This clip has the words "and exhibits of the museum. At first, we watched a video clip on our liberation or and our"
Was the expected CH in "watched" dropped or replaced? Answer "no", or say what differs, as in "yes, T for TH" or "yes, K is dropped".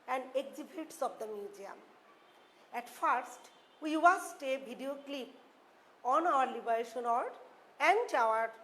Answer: yes, S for CH